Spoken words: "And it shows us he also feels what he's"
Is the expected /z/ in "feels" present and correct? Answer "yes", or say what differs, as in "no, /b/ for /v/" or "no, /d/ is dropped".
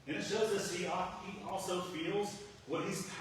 yes